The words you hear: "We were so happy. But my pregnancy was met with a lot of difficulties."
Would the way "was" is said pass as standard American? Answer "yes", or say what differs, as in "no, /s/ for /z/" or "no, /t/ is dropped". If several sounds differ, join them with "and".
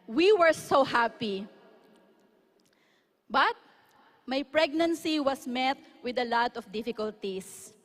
no, /s/ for /z/